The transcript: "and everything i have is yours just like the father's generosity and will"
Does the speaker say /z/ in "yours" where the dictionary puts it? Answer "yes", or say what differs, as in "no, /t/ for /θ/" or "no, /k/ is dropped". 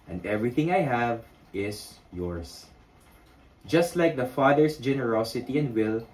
no, /s/ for /z/